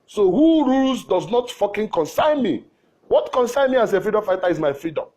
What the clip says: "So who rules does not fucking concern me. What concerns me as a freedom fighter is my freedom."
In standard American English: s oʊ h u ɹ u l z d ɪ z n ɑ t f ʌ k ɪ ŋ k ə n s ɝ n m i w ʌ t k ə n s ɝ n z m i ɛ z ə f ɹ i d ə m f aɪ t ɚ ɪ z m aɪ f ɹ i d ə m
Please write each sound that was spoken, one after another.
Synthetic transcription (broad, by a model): s oʊ h u ɹ u l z d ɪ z n ɑ t f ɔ k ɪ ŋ k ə n s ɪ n m i w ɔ t k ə n s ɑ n m i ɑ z ə f ɹ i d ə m f aɪ t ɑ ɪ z m aɪ f ɹ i d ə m